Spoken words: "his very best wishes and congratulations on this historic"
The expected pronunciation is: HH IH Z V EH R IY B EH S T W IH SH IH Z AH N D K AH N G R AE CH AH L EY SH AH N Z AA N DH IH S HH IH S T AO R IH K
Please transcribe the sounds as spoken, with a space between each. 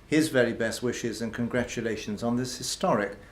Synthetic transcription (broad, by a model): HH IH Z V EH R IY B EH S T W IH SH IH Z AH N K AH N G R AE CH AH L EY SH AH N Z N DH IH S HH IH S T AO R IH K